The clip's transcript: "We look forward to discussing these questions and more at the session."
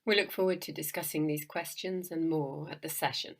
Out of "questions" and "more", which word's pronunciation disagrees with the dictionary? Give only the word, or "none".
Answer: none